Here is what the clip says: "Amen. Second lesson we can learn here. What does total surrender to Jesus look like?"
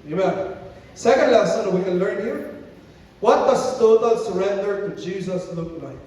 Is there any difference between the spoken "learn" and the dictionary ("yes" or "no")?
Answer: no